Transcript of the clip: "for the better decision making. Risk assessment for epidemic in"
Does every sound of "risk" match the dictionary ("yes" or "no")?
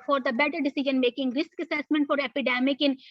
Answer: yes